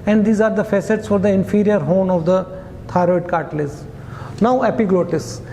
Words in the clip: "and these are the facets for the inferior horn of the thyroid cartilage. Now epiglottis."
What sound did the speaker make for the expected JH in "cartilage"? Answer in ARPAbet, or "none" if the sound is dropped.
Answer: Z